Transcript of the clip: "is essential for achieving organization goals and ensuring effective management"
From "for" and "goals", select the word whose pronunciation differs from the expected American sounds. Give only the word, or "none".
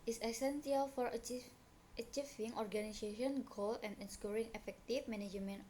goals